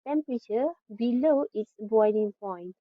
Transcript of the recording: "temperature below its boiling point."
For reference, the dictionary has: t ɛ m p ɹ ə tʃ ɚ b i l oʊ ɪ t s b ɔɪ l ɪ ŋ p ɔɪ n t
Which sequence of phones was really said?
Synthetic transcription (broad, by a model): t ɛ m p ɹ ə tʃ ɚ b i l oʊ ɪ t s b ɔɪ n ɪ ŋ p ɔɪ n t